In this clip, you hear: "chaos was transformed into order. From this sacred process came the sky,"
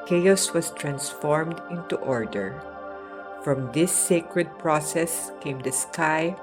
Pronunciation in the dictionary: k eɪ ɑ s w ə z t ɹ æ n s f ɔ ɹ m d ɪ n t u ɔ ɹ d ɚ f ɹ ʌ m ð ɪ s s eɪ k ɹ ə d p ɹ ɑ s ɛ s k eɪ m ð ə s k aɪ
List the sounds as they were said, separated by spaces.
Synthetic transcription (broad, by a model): k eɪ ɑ s w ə s t ɹ æ n s f ɔ ɹ m d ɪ n t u ɔ ɹ d ɚ f ɹ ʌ m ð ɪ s s eɪ k ɹ ə d p ɹ ɑ s ɛ s k eɪ m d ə s k aɪ